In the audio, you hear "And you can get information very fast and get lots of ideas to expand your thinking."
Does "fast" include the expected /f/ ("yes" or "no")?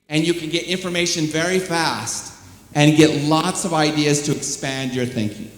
yes